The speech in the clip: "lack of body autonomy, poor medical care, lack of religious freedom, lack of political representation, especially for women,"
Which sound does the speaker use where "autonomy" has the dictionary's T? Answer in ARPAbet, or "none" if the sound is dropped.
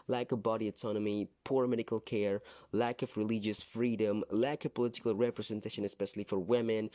T